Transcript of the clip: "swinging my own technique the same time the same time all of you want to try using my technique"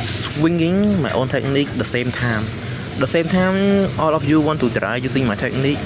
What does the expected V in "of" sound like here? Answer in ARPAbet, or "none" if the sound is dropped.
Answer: P